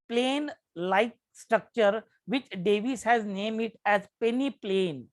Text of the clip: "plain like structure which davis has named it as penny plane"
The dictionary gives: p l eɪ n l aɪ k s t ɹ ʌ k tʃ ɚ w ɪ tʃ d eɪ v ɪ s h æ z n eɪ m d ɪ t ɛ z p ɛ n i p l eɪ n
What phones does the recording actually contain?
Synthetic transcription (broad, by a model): p l eɪ n l aɪ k s t ɹ ʌ k tʃ ɚ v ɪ tʃ d eɪ v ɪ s h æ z n eɪ m ɪ t ɛ z p ɛ n i p l eɪ n